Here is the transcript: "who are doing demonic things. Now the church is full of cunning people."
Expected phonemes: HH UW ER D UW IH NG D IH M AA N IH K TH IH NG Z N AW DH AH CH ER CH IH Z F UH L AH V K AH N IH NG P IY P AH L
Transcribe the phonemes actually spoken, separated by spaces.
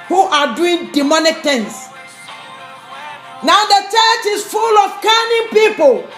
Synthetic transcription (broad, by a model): HH UW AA D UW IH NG D IH M AA N IH K T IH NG S N AW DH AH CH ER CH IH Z F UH L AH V K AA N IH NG P IY P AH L